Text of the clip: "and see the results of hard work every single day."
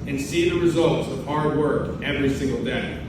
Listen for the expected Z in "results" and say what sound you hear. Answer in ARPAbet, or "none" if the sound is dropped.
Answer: Z